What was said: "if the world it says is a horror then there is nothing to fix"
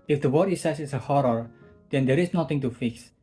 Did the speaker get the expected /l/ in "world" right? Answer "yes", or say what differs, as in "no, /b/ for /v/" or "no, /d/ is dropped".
no, /l/ is dropped